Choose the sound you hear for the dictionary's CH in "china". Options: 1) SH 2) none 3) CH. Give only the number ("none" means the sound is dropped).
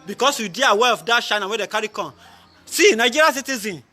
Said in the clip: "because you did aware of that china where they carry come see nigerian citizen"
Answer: 1